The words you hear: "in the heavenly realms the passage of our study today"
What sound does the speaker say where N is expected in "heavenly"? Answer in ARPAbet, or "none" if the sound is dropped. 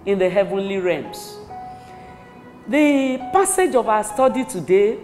N